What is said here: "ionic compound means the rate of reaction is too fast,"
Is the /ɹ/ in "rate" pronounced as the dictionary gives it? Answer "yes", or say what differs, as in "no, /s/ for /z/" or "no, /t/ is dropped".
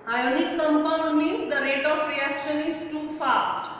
yes